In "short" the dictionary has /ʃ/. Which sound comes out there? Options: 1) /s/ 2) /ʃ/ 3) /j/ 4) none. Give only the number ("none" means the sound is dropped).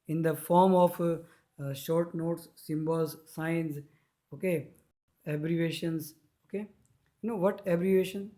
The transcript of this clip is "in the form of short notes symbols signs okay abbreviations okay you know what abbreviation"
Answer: 2